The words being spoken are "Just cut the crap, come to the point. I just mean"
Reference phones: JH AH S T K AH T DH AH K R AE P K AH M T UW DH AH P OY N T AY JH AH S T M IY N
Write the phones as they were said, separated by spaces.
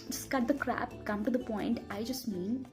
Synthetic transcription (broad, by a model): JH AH S K AH T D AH K R AE P K AH M T UW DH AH P OY N T AY JH AH S T M IY N